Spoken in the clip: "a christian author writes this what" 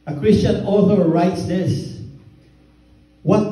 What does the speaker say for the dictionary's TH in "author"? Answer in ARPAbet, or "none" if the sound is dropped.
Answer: TH